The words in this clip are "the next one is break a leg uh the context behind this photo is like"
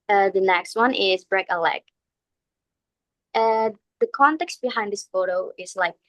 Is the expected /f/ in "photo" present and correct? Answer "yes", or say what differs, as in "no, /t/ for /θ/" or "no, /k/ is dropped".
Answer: yes